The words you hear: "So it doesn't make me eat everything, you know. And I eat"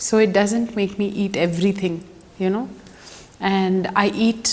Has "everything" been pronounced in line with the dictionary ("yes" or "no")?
no